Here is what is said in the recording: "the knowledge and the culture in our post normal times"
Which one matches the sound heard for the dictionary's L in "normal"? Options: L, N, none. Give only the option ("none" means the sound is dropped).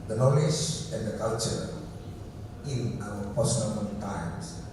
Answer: N